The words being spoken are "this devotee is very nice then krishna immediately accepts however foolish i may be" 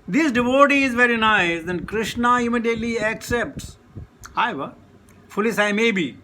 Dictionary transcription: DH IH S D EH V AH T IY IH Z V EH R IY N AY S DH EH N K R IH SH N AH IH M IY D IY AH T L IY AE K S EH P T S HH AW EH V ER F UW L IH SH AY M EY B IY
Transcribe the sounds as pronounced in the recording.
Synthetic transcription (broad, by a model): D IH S D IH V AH T IY IH Z V EH R IY N AY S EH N K R IH SH N AH IH M IY D IY AH T L IY AE K S EH P T S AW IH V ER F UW L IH S AY M EY B IY